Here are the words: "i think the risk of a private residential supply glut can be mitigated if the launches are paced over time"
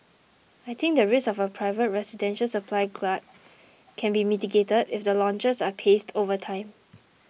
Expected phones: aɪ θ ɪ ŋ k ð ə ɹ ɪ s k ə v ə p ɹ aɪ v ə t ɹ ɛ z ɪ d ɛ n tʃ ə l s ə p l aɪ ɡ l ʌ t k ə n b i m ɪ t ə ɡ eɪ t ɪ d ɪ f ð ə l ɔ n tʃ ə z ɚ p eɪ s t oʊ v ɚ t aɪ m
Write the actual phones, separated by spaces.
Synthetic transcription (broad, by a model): aɪ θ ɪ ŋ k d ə ɹ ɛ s ə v ə p ɹ aɪ v ə t ɹ ɛ s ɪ d ɛ n ʃ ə l s ə p l aɪ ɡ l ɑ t k ə n b i m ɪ t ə ɡ eɪ t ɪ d ɪ f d ə l ɔ n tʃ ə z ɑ p eɪ s t oʊ v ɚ t aɪ m